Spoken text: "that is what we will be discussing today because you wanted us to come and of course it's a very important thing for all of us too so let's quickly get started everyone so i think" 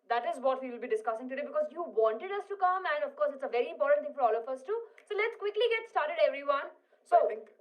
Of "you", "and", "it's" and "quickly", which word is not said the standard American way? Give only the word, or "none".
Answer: none